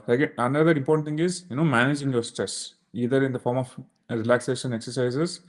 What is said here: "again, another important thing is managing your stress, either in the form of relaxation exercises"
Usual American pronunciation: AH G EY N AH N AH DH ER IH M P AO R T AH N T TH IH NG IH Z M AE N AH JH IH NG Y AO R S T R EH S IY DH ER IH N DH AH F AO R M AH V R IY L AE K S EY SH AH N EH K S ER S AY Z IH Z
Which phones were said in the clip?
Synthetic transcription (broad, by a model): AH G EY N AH N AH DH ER IH M P AO R T AH N T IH NG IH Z M AE N AH JH IH NG Y AO R S T R EH S IY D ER IH N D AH F AO R M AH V R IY L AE K S EY SH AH N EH K S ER S AY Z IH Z